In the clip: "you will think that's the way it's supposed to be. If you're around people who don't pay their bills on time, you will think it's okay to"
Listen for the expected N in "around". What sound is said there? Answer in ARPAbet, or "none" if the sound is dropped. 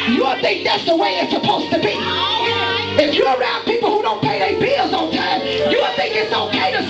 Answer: N